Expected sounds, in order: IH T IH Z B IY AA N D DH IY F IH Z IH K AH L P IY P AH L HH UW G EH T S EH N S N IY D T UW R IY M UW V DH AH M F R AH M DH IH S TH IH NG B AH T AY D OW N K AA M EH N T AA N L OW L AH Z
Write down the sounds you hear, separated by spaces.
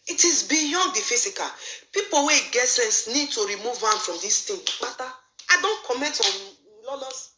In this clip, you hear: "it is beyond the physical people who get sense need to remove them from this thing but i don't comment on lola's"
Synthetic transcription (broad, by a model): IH T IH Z B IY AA N D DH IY F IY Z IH K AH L P IY P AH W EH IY G EH T S EH N S N IY D T UW R IY M UW V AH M F R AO M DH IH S T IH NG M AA T AY D OW N K AA M EH N T AA N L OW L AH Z